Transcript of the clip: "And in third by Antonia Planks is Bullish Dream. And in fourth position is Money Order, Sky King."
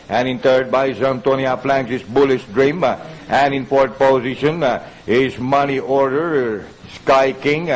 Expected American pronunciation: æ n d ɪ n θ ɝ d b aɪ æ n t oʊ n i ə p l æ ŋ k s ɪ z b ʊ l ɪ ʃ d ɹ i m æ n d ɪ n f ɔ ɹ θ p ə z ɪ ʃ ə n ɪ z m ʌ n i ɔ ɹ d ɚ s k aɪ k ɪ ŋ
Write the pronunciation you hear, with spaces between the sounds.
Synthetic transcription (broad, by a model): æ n ɪ n t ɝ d b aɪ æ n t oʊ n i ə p l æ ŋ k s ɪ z b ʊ l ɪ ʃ d ɹ i m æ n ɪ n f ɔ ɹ t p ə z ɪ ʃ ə n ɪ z m ʌ n i ɔ ɹ d ɚ s k aɪ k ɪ ŋ